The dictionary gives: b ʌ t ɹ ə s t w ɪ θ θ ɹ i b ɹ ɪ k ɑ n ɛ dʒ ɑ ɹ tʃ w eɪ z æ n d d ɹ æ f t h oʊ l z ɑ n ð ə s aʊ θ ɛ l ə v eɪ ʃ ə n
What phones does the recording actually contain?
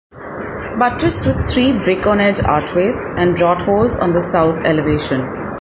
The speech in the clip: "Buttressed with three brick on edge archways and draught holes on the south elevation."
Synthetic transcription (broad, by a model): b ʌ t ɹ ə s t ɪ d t ɹ i b ɹ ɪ k ɑ n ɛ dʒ ɑ ɹ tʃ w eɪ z æ n d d ɹ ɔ t h oʊ l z ɑ n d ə s aʊ t ɛ l ə v eɪ ʃ ə n